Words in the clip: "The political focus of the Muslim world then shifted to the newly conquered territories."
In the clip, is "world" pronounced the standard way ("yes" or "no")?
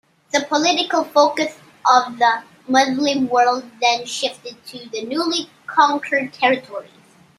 yes